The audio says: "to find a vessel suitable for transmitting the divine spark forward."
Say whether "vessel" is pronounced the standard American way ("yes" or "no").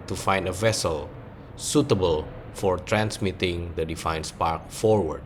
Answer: yes